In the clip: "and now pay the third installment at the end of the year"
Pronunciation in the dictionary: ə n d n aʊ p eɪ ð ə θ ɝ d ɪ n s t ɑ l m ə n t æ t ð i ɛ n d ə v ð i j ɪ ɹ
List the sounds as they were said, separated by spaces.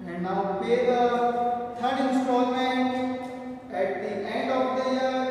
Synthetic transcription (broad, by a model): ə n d n aʊ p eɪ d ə t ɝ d ɪ n s t ɑ l m ə n t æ t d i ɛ n d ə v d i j